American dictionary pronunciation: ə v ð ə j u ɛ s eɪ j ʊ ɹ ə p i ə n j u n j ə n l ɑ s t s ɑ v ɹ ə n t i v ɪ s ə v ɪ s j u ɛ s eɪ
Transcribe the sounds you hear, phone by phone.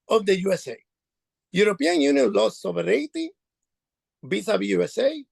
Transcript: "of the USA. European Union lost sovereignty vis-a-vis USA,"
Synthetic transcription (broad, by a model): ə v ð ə j u ɛ s eɪ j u ɹ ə p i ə n j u n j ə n l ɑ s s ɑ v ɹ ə t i b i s ə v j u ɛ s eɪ